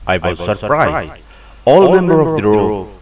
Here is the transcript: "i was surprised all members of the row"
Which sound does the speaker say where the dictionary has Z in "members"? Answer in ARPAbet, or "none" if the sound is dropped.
none